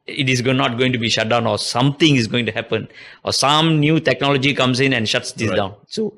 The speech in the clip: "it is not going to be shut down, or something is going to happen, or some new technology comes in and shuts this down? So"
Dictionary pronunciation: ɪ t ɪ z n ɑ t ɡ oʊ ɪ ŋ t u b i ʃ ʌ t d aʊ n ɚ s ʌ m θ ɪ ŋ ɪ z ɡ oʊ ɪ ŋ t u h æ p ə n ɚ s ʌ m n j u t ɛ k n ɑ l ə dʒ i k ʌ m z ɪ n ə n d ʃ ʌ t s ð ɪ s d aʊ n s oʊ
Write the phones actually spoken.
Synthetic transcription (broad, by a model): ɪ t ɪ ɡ n ɑ t ɡ oʊ ɪ ŋ t u b i ʃ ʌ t d aʊ n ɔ s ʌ m t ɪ ŋ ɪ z ɡ oʊ ɪ ŋ t u h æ p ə n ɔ s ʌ m n j u t ɛ k n ɑ l ə dʒ i k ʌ m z ɪ n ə n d ʃ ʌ t s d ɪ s d aʊ n s oʊ